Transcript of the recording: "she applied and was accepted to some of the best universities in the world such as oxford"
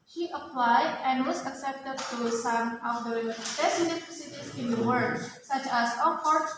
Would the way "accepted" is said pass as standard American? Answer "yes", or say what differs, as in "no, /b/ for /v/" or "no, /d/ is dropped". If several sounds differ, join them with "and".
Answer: yes